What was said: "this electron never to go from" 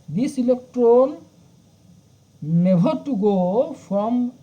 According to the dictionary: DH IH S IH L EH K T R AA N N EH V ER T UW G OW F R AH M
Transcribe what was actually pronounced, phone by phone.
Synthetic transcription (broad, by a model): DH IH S IH L EH K T R AA N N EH B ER T UW G OW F R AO M